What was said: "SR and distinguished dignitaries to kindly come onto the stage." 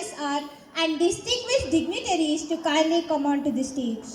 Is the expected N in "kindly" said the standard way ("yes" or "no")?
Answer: no